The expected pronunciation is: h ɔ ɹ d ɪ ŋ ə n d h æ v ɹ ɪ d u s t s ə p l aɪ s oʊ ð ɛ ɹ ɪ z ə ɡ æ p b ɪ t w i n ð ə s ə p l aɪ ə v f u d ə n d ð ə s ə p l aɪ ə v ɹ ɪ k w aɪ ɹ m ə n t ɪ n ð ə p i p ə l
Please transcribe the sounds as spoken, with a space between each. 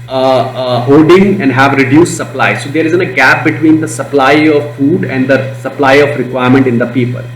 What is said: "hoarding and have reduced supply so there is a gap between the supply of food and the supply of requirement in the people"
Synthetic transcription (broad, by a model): h ɔ d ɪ ŋ ə n d h æ v ɹ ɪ d u s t s ə p l aɪ s oʊ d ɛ ɹ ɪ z ə ɡ æ p b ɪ t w i n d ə s ə p l aɪ ə v f u d ə n d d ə s ə p l aɪ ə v ɹ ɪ k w aɪ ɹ m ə n t ɪ n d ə p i p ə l